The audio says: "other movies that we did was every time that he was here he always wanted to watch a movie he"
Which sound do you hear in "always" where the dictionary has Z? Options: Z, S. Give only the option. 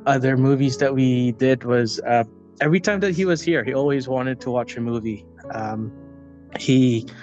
Z